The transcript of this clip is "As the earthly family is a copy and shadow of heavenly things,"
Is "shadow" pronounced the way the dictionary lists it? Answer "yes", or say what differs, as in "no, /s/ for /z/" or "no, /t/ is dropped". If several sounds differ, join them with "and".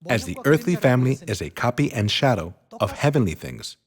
yes